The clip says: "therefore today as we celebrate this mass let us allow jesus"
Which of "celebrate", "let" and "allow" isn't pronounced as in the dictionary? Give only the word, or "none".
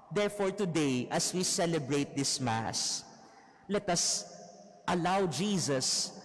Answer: none